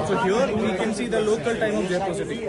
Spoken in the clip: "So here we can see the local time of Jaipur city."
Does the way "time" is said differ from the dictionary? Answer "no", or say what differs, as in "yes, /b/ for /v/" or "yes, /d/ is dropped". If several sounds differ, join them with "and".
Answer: no